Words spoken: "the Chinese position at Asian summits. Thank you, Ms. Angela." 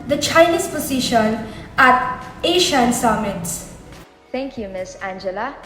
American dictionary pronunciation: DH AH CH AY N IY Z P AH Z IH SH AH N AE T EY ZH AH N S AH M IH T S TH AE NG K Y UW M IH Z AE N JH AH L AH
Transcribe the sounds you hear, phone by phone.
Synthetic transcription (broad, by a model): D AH CH AY N IY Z P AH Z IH SH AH N AE T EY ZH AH N S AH M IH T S T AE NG K Y UW M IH S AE N JH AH L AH